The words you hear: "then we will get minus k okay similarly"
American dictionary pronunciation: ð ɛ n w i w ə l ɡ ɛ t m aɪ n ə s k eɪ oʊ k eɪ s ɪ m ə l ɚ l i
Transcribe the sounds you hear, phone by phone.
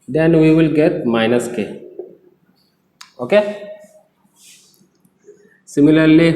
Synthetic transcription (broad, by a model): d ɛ n w i w ə l ɡ ɛ t m aɪ n ə s k eɪ oʊ k eɪ s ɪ m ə l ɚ l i